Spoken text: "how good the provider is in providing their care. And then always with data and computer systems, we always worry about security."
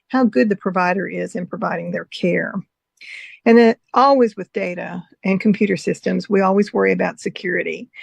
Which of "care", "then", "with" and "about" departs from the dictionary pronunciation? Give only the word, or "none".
then